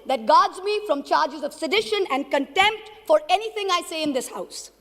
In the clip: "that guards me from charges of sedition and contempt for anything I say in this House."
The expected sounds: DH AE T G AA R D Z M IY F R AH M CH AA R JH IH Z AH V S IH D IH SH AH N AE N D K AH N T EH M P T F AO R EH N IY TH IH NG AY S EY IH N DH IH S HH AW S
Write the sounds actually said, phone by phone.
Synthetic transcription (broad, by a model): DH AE T G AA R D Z M IY F R AH M CH AA R JH IH Z AH V S IH D IH SH AH N AE N D K AH N T EH M P T F AO R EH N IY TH IH NG AY S EY IH N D IH S HH AW S